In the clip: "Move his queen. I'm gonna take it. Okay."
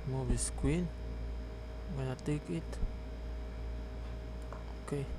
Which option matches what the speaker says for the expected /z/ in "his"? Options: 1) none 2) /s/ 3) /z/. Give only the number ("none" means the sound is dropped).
2